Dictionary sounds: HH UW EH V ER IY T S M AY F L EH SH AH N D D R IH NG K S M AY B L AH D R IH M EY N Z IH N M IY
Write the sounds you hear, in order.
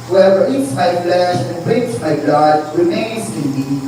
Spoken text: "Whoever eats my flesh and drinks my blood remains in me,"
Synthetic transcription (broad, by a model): HH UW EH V ER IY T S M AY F L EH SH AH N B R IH K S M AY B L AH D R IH M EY N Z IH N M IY